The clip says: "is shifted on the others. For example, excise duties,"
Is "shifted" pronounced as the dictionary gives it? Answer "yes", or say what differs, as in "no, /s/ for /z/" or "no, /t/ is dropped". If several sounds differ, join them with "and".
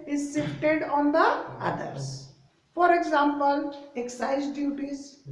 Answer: no, /s/ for /ʃ/